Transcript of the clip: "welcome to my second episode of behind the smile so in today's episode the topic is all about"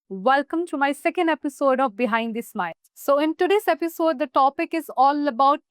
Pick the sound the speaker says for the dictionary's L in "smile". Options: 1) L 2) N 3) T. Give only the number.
2